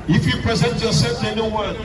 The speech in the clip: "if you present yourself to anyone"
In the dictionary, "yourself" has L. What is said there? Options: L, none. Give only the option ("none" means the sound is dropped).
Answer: none